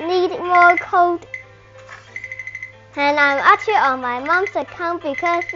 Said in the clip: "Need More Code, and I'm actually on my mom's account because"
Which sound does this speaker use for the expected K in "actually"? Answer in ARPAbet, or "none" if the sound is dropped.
none